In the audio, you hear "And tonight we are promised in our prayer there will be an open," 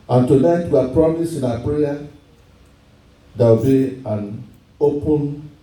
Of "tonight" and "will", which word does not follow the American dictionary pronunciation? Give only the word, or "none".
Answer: will